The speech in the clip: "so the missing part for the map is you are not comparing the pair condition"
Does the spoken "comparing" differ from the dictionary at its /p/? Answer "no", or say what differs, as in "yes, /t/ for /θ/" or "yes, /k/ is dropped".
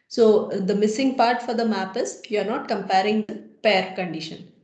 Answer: no